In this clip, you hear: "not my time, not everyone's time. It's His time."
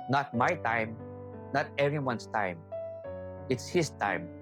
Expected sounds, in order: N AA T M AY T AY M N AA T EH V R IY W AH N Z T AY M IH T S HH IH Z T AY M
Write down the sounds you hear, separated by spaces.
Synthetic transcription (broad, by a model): N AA T M AY T AY M N AA T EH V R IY W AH N S T AY M IH T S HH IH S T AY M